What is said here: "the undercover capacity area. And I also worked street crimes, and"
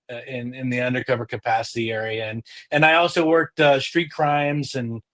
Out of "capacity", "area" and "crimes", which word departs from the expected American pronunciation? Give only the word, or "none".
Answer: none